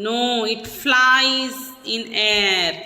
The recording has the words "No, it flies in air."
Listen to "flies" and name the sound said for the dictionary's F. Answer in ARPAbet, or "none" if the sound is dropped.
F